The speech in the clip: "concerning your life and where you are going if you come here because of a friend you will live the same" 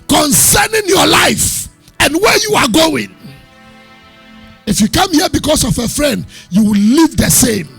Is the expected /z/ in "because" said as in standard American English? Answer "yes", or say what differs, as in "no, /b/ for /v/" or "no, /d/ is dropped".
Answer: no, /s/ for /z/